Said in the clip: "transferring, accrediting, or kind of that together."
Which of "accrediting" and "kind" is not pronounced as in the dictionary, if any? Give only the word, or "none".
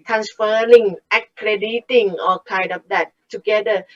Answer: none